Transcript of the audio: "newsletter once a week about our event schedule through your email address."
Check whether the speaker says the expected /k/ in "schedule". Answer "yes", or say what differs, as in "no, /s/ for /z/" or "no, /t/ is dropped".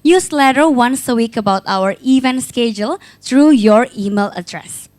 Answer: yes